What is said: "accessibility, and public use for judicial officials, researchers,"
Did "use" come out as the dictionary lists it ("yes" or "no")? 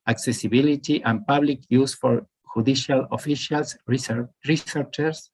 yes